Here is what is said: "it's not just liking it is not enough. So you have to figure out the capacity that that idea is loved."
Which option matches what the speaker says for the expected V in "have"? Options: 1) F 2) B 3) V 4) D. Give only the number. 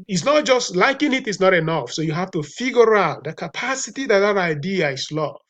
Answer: 1